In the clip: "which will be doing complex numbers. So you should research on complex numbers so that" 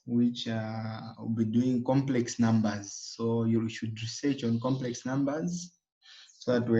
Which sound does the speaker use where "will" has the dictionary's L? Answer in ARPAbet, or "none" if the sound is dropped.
W